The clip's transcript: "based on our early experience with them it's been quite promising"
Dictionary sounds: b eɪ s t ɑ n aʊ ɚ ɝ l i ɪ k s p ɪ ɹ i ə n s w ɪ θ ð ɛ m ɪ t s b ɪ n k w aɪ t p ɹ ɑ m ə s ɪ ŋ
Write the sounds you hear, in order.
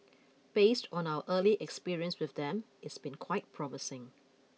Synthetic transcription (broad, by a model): b eɪ s t ɑ n aʊ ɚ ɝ l i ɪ k s p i ɹ i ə n s w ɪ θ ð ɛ m ɪ t s b ɪ n k w aɪ t p ɹ ɑ m ə s ɪ ŋ